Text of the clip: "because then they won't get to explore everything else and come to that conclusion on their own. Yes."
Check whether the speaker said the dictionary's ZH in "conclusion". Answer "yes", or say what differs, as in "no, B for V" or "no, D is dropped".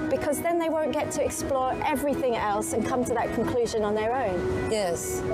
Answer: yes